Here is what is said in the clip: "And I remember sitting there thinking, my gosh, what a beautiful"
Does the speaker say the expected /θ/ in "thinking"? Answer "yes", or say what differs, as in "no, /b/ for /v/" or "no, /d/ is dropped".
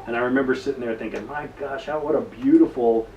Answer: yes